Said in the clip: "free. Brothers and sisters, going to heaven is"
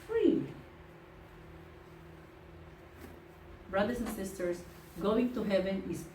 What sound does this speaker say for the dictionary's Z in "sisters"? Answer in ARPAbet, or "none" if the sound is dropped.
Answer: S